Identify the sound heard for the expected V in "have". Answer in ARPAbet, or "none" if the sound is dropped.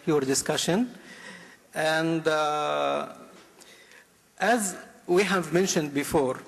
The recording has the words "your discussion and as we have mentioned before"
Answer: V